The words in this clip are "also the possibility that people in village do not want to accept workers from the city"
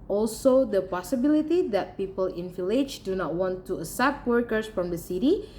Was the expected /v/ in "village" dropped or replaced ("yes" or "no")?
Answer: yes